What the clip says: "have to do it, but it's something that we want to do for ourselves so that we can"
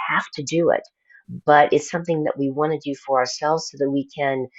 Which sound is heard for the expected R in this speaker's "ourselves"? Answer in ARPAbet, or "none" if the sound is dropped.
R